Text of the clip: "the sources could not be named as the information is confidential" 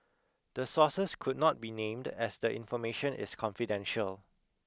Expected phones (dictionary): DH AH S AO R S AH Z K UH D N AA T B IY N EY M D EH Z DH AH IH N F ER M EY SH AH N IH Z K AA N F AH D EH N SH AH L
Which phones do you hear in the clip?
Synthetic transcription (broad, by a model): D AH S AO S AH S K UH D N AA T B IY N EY M D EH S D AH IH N F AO M EY SH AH N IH S K AA N F AH D EH N SH AH L